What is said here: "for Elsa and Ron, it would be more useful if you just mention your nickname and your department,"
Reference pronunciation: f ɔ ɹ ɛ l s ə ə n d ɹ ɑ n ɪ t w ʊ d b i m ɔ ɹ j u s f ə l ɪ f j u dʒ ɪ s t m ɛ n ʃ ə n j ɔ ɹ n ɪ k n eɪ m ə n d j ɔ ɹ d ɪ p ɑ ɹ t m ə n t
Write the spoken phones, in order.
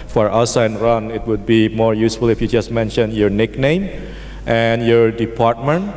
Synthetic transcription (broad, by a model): f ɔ ɹ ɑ s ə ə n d ɹ ɑ n ɪ t w ʊ d b i m ɔ ɹ j u s f ə l ɪ f j u dʒ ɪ s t m ɛ n ʃ ə n j ɔ ɹ n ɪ k n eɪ m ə n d j ɔ ɹ d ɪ p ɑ ɹ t m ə n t